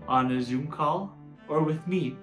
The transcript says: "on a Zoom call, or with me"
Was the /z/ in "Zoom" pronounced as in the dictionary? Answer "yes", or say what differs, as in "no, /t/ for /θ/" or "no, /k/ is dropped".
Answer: yes